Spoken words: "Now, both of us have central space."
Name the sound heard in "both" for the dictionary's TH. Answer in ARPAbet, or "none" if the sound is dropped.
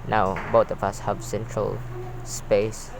T